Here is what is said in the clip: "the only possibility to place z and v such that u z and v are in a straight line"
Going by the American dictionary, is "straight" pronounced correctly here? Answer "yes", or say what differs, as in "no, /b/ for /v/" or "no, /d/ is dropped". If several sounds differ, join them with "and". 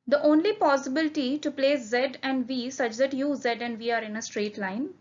yes